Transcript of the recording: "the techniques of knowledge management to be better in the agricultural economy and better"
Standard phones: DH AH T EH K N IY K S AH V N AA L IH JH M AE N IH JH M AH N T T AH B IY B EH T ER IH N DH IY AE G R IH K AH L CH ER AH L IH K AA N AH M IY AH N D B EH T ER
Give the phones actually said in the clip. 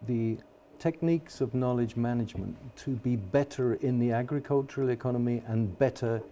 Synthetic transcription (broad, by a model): DH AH T EH K N IY K S AH V N AA L IH JH M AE N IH JH M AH N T T AH B IY B EH T ER IH N DH IY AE G R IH K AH L CH ER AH L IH K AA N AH M IY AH N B EH T ER